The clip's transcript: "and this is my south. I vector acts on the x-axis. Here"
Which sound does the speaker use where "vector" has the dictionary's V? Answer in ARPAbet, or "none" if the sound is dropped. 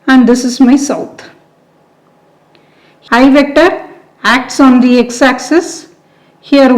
V